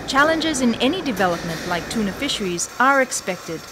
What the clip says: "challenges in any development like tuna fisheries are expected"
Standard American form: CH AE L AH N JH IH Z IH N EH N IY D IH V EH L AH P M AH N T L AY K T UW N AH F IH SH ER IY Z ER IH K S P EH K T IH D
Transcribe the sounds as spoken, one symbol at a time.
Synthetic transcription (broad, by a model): CH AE L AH N JH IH Z IH N EH N IY D IH V EH L AH P M AH N T L AY K T UW N AH F IH SH ER IY Z ER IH K S P EH K T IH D